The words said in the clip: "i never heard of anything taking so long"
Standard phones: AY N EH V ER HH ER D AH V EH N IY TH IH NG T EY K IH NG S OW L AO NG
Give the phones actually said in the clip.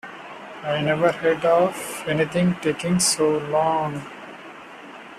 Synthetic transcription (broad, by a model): AY N EH V ER HH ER D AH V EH N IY T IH NG T EY K IH NG S OW L AO NG